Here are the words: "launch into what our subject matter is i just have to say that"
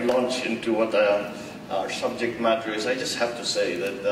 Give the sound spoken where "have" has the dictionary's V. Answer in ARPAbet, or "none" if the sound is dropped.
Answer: F